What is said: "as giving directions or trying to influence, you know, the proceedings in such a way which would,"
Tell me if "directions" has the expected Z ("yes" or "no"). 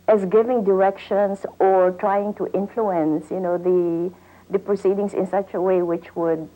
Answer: no